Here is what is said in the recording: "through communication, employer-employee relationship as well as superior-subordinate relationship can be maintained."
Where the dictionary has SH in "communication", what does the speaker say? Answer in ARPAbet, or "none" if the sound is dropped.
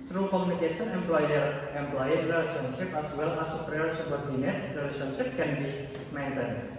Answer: S